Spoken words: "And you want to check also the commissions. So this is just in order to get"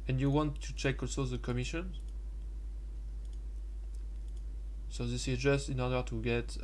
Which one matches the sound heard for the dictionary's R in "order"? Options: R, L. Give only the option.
R